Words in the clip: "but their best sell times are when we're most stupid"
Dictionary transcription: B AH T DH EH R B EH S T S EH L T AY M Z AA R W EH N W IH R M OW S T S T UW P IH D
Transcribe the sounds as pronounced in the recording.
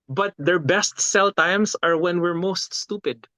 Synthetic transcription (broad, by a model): B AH T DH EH R B EH S T S EH L T AY M S AA R W EH N W IH R M OW S T S T UW P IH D